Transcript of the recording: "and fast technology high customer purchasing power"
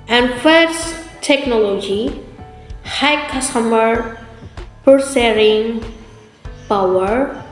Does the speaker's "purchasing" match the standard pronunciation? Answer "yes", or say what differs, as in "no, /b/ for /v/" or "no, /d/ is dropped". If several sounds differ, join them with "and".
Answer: no, /s/ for /tʃ/